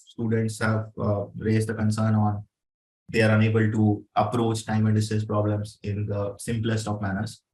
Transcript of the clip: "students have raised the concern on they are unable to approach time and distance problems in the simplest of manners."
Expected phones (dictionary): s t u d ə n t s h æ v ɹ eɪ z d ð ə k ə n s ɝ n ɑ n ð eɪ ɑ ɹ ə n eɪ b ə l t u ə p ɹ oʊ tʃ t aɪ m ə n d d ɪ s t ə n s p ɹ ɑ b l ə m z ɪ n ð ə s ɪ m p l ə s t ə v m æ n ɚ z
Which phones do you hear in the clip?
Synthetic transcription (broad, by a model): s t u d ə n t s h æ v ɹ eɪ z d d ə k ə n s ɝ n ɑ n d eɪ ɑ ɹ ə n eɪ b ə l t u ə p ɹ oʊ tʃ t aɪ m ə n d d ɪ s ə s p ɹ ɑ b l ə m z ɪ n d ə s ɪ m p l ə s t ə p m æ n ɚ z